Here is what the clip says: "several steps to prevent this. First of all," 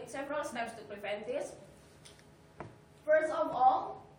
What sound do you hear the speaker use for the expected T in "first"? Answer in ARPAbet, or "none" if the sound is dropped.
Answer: none